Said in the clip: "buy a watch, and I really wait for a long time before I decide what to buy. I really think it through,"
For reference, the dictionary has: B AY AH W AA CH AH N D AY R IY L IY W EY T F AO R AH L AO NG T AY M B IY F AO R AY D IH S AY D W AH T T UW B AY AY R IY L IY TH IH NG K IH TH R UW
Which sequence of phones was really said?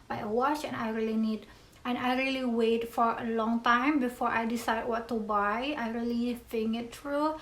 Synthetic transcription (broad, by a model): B AY AH W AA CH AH N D AY R IY L IY W EY T F AO R AH L AO NG T AY M B IY F AO R AY D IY S AY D W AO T T UW B AY AY R IY L IY F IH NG IH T R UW